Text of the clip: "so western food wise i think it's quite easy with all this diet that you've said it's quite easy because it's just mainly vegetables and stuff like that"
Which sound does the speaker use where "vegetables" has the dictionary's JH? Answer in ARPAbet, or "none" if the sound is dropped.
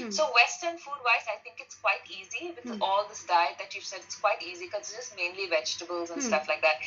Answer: JH